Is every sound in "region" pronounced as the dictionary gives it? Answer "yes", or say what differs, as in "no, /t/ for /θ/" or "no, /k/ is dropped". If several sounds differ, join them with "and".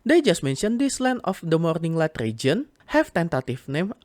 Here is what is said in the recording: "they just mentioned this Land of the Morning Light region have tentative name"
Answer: yes